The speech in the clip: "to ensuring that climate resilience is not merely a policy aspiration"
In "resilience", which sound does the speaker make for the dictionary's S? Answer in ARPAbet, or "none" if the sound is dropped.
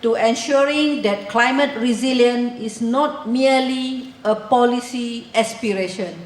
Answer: none